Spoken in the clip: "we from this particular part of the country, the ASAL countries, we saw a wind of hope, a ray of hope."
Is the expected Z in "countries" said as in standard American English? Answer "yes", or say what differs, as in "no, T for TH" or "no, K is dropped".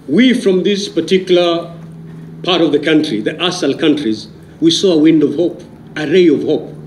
yes